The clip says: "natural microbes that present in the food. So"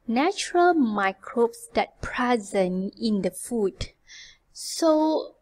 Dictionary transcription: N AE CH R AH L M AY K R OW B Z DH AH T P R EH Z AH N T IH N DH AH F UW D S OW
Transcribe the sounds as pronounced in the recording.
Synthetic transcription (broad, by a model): N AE CH R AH L M AY K R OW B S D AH T P R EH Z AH N IH N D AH F UW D S OW